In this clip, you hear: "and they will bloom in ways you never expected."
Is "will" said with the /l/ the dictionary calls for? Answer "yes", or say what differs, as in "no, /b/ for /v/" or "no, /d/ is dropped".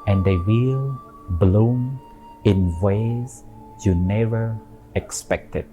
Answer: yes